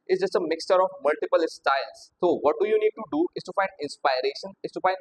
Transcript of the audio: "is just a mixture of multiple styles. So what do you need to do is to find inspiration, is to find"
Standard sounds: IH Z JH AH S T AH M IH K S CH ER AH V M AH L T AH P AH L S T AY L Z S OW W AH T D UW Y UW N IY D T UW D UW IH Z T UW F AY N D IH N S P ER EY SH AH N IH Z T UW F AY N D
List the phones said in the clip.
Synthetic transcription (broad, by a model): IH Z JH AH S T AH M IH K S CH ER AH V M AH L T AH P AH L S T AY L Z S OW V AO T D UW Y UW N IY D T UW D UW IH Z T UW F AY N D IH N S P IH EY SH AH N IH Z T UW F AY N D